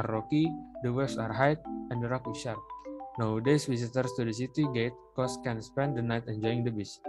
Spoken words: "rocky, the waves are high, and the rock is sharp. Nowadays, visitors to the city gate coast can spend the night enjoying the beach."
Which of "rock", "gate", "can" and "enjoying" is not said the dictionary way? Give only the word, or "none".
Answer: none